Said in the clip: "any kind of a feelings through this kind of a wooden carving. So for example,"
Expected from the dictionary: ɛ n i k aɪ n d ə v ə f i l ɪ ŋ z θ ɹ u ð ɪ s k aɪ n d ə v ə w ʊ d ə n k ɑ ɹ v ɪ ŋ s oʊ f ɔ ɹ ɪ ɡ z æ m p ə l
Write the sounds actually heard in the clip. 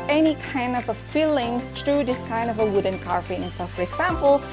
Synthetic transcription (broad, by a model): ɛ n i k aɪ n d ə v ə f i l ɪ ŋ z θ ɹ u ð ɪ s k aɪ n d ə v ə w ʊ d ə n k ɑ ɹ p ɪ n s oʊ f ɔ ɹ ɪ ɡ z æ m p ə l